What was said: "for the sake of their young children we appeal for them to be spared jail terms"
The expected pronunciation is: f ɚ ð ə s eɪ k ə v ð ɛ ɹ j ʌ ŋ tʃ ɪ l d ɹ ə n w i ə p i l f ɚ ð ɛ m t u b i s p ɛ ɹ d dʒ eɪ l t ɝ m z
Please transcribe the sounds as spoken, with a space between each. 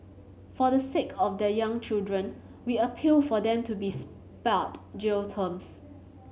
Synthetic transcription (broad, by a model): f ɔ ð ə s eɪ k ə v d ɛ j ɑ ŋ tʃ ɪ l d ɹ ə n w i ə p i l f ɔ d ɛ m t u b i s p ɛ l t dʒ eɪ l t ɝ m s